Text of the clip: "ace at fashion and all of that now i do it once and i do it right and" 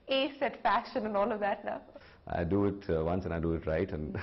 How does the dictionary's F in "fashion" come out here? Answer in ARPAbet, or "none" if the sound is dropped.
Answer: F